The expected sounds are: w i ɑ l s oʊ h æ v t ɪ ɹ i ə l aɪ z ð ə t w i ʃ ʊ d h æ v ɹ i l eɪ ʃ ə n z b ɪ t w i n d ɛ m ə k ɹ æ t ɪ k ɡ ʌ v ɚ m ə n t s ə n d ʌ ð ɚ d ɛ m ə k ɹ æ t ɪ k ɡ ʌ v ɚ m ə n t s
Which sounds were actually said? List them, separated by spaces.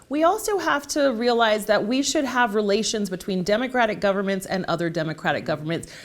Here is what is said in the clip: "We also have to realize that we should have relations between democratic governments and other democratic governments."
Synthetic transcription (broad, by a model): w i ɑ l s oʊ h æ f t ɪ ɹ i ə l aɪ z ð ə t w i ʃ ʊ d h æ v ɹ i l eɪ ʃ ə n z b ɪ t w i n d ɛ m ə k ɹ æ t ɪ k ɡ ʌ v ɚ m ə n t s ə n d ʌ ð ɚ d ɛ m ə k ɹ æ t ɪ k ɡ ʌ v ɚ m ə n t s